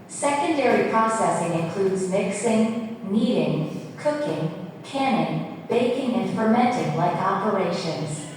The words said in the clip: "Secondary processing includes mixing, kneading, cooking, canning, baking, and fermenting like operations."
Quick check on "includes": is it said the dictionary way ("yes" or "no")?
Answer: yes